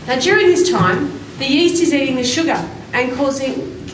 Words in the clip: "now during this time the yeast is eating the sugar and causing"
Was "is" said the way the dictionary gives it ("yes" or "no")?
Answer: yes